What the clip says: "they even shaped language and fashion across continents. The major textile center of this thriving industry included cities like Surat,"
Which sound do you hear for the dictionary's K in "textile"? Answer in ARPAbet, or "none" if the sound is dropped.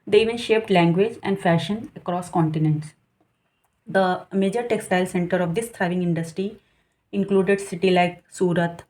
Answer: K